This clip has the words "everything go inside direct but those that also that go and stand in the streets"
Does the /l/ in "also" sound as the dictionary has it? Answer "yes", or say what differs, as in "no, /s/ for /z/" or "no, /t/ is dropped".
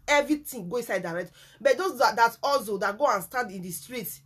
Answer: yes